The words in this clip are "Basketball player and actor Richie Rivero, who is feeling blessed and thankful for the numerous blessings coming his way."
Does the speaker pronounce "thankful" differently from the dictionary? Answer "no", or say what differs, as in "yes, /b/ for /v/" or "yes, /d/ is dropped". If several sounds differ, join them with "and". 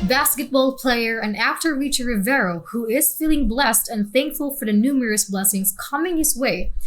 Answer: no